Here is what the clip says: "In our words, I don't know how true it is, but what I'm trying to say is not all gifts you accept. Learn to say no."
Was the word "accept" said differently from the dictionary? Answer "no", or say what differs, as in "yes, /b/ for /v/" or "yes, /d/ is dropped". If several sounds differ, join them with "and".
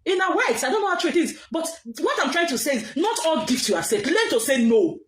yes, /k/ is dropped and /p/ is dropped